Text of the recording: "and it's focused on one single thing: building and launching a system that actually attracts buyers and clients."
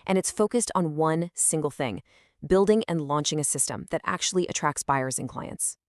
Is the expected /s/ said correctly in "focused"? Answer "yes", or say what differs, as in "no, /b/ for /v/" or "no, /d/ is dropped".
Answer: yes